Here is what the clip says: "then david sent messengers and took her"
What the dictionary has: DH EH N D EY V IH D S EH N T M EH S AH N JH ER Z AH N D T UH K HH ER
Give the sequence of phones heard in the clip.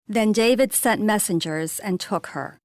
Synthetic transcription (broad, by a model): DH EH N D EY V IH D S EH N T M EH S AH N JH ER Z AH N T UH K HH ER